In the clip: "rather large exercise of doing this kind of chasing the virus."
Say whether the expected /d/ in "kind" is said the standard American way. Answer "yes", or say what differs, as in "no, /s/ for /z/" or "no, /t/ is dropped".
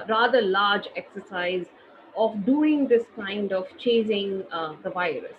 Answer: yes